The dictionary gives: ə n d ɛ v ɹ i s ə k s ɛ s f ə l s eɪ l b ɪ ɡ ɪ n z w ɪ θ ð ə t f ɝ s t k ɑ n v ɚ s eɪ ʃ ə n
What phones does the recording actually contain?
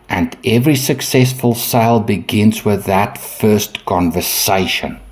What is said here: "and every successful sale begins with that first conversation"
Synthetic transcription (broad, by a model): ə n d ɛ v ɹ i s ə k s ɛ s f ə l s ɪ l b ɪ ɡ ɪ n z w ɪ ð ə t f ɝ s t k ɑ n v ɚ s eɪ ʃ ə n